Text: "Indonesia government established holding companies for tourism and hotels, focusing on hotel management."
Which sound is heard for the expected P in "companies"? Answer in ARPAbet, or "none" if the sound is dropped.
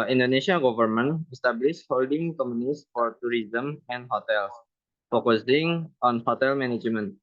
none